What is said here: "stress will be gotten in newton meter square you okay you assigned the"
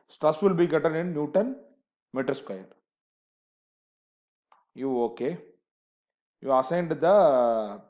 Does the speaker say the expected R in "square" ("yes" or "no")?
no